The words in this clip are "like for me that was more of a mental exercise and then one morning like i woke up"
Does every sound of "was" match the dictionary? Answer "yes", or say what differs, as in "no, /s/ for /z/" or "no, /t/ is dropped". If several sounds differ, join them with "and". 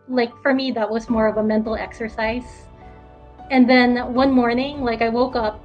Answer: yes